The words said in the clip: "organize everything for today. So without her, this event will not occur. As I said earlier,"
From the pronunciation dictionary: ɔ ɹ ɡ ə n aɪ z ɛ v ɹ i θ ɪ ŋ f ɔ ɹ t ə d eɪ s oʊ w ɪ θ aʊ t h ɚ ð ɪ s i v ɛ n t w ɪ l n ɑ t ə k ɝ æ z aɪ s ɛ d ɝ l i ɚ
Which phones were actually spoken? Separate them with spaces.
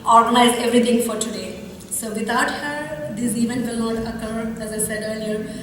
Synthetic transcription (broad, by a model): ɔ ɹ ɡ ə n aɪ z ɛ v ɹ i t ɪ ŋ f ɔ ɹ t ə d eɪ s oʊ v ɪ t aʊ t h ɚ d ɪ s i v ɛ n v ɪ l n ɑ t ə k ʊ æ z aɪ s ɛ d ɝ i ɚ